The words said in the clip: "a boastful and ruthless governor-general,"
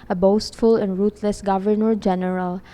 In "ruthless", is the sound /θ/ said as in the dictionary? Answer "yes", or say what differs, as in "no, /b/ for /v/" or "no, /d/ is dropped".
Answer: no, /t/ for /θ/